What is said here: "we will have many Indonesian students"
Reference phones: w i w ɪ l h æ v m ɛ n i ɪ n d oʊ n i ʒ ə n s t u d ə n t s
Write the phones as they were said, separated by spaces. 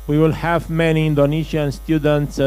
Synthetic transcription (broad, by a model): w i w ɪ l h æ v m ɛ n i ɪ n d oʊ n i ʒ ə n s t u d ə n t s